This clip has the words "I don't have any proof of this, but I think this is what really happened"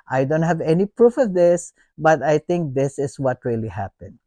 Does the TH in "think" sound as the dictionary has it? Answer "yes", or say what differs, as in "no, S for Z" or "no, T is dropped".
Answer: no, T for TH